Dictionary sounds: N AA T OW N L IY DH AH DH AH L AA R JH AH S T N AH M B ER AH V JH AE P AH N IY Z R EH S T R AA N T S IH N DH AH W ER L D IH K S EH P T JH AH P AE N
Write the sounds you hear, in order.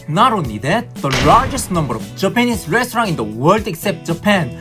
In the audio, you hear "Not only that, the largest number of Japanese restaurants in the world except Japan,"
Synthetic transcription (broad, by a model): N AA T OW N IY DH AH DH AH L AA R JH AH S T N AH M B ER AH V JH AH P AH N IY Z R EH S T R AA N IH N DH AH W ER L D IH K S EH P T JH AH P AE N